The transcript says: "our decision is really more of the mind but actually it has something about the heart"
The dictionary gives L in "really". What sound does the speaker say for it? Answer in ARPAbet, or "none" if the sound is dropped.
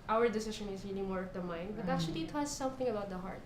N